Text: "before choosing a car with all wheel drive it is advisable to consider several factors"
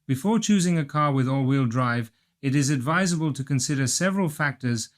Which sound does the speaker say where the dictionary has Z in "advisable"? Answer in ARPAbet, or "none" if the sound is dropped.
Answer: Z